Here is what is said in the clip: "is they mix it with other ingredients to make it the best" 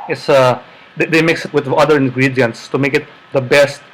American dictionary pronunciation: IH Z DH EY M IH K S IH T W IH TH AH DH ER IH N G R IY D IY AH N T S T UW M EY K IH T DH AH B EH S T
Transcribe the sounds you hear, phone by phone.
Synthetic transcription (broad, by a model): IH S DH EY M IH K S IH T W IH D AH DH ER IH N G R IY D IY AH N T S T UW M EY K IH T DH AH B EH S T